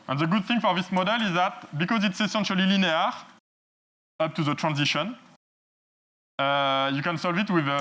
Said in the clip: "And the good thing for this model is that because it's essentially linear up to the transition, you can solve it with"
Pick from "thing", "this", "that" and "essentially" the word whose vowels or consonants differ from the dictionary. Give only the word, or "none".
none